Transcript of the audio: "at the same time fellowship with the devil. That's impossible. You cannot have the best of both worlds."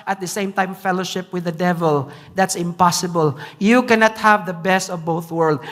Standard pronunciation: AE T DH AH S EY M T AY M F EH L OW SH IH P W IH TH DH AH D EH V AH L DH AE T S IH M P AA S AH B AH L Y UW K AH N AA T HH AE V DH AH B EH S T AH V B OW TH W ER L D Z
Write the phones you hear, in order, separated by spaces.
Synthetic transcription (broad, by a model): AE T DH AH S EY M T AY M F EH L OW SH IH P W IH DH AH D EH V AH L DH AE T S IH M P AA S AH B AH L Y UW K AH N AA T HH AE V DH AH B EH S T AH V B OW TH W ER L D